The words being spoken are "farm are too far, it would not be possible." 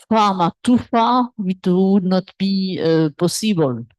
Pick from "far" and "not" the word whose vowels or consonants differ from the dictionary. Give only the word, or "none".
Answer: far